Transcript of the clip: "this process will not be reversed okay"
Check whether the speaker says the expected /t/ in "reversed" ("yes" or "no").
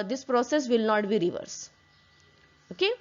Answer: no